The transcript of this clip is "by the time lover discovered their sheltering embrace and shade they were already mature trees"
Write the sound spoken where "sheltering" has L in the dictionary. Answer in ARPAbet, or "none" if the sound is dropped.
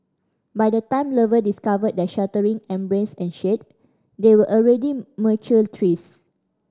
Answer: none